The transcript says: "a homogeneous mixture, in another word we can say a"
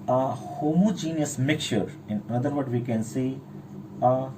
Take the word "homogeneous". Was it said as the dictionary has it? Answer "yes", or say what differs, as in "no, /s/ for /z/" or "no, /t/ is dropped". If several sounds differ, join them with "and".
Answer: yes